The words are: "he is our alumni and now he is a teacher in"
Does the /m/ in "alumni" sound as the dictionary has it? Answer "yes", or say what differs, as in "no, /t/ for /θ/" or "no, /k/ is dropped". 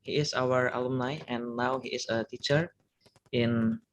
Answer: yes